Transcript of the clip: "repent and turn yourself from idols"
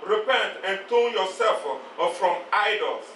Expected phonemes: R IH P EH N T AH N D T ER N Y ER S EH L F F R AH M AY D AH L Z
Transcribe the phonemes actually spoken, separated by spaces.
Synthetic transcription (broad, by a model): R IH P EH N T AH N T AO L Y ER S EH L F F R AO M AY D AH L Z